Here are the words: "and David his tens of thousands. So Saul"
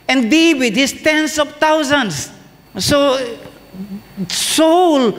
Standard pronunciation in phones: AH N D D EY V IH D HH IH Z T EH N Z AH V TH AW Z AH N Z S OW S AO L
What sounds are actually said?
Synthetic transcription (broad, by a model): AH N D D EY W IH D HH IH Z T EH N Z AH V T AW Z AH N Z S OW S AO L